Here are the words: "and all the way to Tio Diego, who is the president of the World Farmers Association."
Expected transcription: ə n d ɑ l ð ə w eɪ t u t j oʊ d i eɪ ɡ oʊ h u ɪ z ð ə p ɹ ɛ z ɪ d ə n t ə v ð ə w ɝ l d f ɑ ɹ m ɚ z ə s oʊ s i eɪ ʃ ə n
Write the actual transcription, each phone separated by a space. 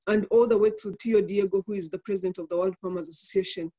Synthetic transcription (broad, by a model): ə n d ɑ l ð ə w eɪ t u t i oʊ d i eɪ ɡ oʊ h u ɪ z ð ə p ɹ ɛ z ɪ d ə n t ə v ð ə w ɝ l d f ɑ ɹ m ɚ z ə s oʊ s i eɪ ʃ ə n